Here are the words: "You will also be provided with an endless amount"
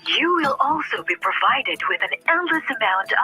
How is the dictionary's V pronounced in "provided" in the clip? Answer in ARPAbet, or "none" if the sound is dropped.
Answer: V